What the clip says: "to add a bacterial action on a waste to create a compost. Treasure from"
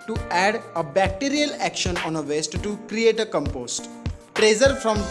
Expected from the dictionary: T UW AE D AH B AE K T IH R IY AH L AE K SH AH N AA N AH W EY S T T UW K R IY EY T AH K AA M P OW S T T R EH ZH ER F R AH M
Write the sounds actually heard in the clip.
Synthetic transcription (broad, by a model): T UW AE D AH B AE K T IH R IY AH L AE K SH AH N AA N AH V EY S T T UW K R IY EY T AH K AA M P OW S T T R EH Z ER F R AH M